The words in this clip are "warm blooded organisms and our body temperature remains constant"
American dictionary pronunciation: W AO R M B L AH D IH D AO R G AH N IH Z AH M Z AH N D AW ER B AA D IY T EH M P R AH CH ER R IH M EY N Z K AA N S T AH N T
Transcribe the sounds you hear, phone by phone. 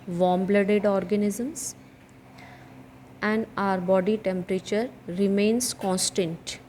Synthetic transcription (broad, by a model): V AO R M B L AH D IH D AO R G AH N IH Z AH M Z AH N D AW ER B AA D IY T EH M P R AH CH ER R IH M EY N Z K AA N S T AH N T